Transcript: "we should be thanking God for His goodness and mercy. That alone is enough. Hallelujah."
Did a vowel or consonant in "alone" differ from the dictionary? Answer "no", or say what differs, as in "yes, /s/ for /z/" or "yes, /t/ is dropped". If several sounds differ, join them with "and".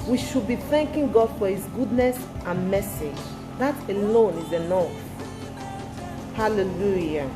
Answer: no